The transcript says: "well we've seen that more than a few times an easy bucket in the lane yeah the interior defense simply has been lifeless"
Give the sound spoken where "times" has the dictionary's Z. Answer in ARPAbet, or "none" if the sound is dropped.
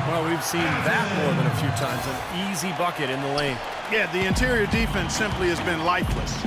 Z